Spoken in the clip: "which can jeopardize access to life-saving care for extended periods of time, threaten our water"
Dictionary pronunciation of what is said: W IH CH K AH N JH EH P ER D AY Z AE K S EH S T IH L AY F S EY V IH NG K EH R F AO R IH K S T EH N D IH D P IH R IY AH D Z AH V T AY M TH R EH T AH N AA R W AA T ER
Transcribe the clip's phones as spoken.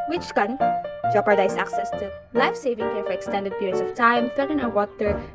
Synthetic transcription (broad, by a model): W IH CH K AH N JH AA P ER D AY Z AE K S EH S T IH L AY F S EY V IH NG K EH R F AO R IH K S T EH N D IH D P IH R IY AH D S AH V T AY M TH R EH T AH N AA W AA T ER